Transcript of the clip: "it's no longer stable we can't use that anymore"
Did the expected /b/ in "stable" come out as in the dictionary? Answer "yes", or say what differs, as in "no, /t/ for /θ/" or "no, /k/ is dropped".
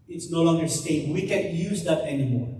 no, /b/ is dropped